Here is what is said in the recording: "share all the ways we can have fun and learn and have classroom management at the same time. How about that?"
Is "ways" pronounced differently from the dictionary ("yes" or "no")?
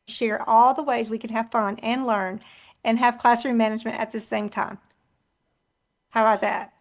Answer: no